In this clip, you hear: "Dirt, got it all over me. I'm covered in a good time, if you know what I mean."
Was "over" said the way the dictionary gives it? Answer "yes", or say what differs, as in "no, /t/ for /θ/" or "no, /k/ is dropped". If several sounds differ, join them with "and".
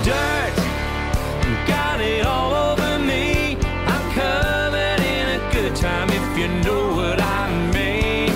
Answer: yes